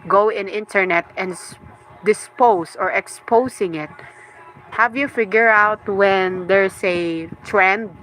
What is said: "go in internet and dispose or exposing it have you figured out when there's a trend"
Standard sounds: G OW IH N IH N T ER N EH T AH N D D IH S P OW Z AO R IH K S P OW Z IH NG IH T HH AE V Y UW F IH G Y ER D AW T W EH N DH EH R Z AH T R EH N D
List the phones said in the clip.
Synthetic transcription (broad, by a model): G OW IH N IH N T ER N EH T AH N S D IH S P OW S AO R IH K S P OW S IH NG IH T HH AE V Y UW F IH G Y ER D AW T W EH N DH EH R S AH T R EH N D